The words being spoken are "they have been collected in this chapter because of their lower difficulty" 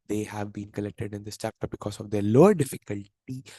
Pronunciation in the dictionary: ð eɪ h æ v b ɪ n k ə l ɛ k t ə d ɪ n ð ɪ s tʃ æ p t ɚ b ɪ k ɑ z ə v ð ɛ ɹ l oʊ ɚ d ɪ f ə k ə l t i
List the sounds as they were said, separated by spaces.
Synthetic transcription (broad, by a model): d eɪ h æ v b ɪ n k ə l ɛ k t ə d ɪ n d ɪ s tʃ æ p t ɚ b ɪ k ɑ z ə v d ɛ ɹ l oʊ ɚ d ɪ f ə k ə l t i